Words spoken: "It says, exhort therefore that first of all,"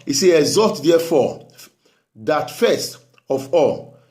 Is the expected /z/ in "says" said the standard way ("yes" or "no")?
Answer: no